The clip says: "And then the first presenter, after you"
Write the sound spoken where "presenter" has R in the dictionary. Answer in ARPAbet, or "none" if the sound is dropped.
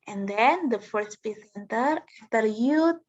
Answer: none